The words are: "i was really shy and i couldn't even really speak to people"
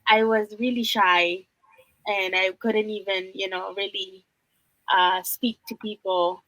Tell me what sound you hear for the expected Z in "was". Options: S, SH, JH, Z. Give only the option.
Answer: Z